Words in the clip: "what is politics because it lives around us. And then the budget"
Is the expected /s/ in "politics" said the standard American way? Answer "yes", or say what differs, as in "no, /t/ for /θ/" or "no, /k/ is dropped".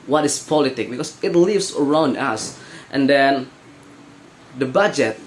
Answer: no, /s/ is dropped